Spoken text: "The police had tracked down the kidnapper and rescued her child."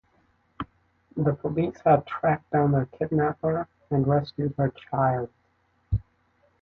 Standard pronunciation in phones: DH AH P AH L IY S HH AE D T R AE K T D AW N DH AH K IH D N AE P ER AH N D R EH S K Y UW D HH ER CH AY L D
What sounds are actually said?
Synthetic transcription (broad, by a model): DH AH P AH L IY S HH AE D T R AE K D AW N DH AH K IH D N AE P ER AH N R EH S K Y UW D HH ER CH AY L D